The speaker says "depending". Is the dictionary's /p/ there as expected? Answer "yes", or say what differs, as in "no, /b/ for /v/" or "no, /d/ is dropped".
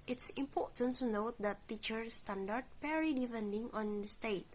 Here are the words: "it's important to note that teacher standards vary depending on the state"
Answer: no, /f/ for /p/